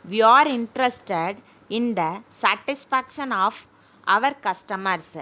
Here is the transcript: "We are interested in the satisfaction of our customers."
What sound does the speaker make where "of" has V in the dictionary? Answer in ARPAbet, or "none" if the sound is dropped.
V